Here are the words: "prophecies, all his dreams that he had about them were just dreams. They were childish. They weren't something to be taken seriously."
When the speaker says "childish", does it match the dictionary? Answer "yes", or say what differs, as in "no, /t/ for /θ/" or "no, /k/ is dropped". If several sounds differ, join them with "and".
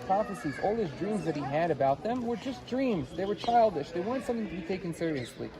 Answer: yes